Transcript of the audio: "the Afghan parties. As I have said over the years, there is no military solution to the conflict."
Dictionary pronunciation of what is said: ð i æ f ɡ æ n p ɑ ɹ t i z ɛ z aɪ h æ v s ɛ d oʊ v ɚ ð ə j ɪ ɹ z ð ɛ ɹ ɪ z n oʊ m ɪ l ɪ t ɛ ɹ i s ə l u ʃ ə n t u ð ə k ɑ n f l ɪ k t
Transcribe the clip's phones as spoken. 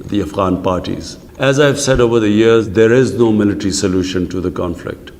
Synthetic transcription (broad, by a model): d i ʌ f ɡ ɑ n p ɑ ɹ t i z ɛ z aɪ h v s ɛ d oʊ v ɚ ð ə j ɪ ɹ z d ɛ ɹ ɪ z n oʊ m ɪ l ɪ t ɹ i s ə l u ʃ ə n t u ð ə k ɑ n f l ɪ k t